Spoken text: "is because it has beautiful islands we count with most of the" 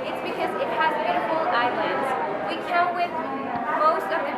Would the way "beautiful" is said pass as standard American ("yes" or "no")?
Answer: no